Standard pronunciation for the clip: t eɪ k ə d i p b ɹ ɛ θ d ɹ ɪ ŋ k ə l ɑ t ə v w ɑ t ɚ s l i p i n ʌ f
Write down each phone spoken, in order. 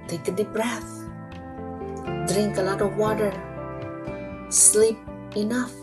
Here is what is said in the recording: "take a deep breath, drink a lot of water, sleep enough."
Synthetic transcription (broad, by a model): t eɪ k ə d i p b ɹ ɛ θ d ɹ ɪ ŋ k ə l ɑ t ə v w ɑ t ɚ s l i p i n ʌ f